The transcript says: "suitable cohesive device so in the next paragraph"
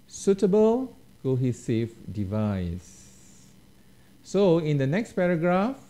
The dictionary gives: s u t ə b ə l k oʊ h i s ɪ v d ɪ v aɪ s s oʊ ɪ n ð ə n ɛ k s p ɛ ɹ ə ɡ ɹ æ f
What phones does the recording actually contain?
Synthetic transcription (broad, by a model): s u t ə b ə l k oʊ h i s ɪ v d ɪ v aɪ s s oʊ ɪ n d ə n ɛ k s p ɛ ɹ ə ɡ ɹ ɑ f